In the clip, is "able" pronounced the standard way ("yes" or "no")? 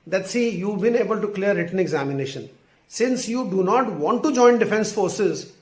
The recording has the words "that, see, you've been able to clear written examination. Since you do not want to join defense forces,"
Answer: yes